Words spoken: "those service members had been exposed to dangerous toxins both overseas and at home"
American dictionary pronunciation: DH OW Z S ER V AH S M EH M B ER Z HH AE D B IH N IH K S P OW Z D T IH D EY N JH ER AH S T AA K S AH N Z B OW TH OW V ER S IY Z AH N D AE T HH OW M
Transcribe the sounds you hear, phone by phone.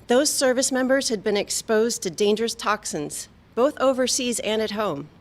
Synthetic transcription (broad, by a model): DH OW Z S ER V AH S M EH M B ER Z HH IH D B IH N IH K S P OW Z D T IH D EY N JH ER AH S T AA K S AH N Z B OW TH OW V ER S IY Z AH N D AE T HH OW M